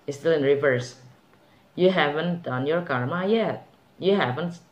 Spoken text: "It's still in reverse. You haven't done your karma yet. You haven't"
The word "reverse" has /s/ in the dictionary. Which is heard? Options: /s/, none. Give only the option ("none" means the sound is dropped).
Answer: /s/